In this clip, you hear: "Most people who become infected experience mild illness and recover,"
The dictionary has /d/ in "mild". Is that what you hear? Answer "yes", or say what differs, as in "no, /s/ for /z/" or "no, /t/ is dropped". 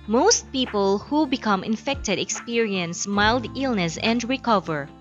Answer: yes